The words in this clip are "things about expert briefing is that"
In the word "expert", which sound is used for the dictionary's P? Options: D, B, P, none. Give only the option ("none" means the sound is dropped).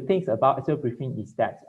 none